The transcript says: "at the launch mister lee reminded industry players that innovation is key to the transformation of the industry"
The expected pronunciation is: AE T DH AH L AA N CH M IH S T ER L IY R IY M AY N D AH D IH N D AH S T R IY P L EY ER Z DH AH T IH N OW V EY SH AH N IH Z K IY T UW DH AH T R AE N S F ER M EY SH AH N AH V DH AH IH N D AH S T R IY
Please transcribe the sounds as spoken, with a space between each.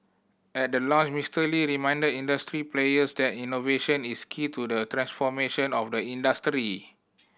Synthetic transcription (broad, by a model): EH T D AH L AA CH M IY S T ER L IY R IY M AY N D AH D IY N D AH S T R IY P L EY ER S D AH T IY N OW V EY SH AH N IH S K IY T UW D AH T R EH N S F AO M EY SH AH N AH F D AH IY N D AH S T R IY